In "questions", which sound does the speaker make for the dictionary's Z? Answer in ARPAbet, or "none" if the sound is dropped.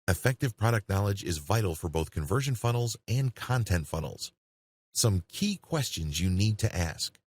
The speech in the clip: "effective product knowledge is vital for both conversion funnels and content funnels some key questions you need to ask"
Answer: Z